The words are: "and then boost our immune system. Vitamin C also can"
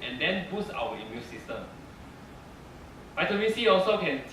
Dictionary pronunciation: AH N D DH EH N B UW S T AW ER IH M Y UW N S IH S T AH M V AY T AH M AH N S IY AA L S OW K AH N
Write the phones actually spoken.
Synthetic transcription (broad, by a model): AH N D EH N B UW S AW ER IH M Y UW N S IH S T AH M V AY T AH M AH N S IY AA L S OW K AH N